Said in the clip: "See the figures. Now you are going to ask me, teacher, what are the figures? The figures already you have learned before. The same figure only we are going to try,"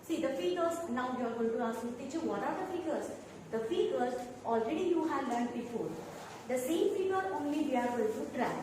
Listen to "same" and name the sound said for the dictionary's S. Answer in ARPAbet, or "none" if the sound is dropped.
S